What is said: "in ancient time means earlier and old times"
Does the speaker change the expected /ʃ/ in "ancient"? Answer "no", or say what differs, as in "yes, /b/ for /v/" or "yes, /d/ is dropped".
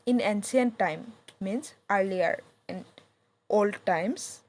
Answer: yes, /s/ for /ʃ/